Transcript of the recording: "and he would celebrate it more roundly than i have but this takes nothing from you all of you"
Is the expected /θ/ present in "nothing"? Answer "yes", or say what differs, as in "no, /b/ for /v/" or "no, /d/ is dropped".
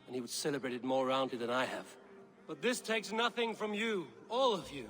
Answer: yes